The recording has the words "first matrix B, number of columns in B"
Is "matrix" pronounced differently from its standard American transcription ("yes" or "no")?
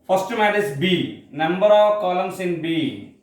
yes